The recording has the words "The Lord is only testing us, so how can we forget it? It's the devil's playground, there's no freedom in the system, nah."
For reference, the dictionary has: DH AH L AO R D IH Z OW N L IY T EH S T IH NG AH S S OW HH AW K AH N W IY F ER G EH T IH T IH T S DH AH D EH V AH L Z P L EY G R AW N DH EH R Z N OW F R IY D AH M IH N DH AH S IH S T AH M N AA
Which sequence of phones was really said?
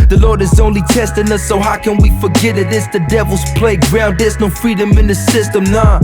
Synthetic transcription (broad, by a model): DH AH L AO R D IH Z OW N L IY T EH S T IH NG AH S S OW HH AW K AH N W IY F ER G EH T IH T IH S DH AH D EH V L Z P L EY G R AW N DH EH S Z N OW F R IY D AH M IH N DH AH S IH S T AH M N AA